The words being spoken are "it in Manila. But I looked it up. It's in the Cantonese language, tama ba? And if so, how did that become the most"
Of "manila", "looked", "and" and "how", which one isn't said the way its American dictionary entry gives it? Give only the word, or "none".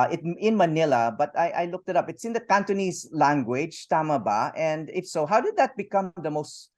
none